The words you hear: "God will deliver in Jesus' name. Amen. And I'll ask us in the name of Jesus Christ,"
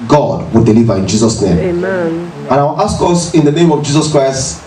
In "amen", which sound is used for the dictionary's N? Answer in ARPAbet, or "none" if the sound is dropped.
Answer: none